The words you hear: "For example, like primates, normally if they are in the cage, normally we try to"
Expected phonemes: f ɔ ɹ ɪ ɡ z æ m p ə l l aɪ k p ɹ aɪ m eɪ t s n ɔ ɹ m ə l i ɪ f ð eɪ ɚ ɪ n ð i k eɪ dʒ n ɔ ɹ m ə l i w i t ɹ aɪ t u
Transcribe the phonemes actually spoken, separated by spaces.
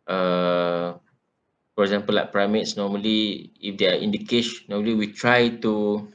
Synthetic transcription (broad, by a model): f ɔ ɹ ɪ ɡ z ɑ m p ə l l aɪ k p ɹ aɪ m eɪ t s n ɔ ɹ m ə l i ɪ f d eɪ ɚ ɪ n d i k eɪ ʃ n ɔ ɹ m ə l i w i t ɹ aɪ t u